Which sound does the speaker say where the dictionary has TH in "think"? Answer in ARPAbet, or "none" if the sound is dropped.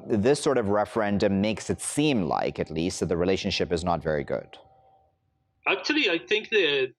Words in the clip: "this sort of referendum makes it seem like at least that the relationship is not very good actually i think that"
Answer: TH